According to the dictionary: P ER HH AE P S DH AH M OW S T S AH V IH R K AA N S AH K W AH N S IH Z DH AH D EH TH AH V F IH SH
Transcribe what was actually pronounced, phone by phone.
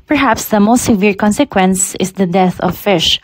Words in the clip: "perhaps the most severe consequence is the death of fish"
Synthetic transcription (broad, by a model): P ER HH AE P S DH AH M OW S T S AH V IH R K AA N S AH K W AH N S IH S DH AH D EH TH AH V F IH SH